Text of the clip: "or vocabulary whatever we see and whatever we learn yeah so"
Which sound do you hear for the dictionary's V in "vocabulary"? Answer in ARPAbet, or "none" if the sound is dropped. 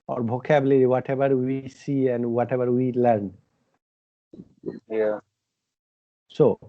B